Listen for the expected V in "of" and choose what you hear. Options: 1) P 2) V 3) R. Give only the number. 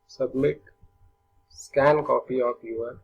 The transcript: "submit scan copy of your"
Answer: 1